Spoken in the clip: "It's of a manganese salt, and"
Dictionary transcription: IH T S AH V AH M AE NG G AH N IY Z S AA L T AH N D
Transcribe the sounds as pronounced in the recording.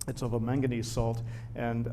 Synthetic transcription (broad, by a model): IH T S AH V AH M AE NG G AH N IY Z S AA L T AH N